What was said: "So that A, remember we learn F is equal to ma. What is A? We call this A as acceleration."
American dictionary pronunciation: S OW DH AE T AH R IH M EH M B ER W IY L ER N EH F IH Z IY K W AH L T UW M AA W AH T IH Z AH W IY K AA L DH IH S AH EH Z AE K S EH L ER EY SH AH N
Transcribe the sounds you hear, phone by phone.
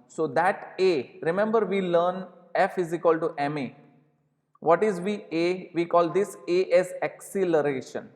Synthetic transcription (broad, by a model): S OW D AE T AH R IH M EH M B ER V IY L ER N EH F IH Z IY K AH L T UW M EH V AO T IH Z AH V IY K AA L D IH S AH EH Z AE K S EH L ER EY SH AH N